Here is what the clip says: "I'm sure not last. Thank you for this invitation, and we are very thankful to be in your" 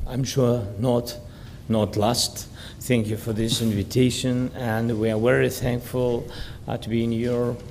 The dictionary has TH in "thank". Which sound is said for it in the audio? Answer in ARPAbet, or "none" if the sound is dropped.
TH